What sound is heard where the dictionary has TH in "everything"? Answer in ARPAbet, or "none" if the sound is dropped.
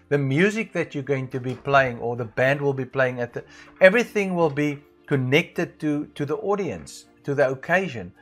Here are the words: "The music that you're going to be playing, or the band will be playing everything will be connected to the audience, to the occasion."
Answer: TH